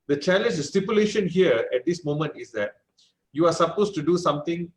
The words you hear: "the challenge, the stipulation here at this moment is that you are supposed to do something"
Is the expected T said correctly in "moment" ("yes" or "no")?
yes